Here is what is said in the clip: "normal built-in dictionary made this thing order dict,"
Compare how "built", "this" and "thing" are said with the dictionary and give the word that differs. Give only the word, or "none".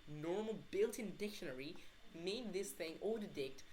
none